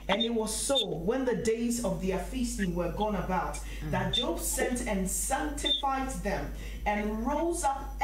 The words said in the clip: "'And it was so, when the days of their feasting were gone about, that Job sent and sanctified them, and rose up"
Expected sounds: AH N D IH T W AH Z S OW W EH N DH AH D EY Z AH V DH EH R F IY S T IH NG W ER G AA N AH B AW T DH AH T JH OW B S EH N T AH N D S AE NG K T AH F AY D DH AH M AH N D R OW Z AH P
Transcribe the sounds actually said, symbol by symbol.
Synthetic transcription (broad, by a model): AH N IH T W AH Z S OW W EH N DH AH D EY Z AH V DH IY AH F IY S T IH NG W ER G AA N AH B AW T DH AH T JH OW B S EH N T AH N S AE NG K T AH F AY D DH AH M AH N R OW Z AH P